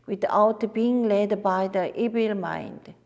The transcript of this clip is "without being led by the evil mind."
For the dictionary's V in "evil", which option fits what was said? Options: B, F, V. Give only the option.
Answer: B